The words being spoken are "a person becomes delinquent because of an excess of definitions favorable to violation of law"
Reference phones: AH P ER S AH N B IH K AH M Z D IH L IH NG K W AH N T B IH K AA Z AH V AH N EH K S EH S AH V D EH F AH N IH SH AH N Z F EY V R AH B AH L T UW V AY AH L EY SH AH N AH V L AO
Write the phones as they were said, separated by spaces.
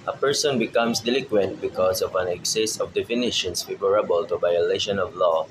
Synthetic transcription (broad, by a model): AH P ER S AH N B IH K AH M S D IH L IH K W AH N T B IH K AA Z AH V AH N EH K S EH S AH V D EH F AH N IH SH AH N S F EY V R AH B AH L T UW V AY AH L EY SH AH N AH V L AO